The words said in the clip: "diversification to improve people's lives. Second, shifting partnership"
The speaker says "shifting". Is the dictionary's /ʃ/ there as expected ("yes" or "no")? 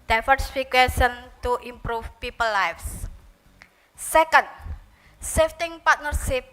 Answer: no